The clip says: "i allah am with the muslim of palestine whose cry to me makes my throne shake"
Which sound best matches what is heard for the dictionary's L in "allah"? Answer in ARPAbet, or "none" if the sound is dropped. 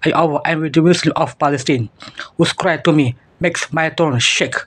W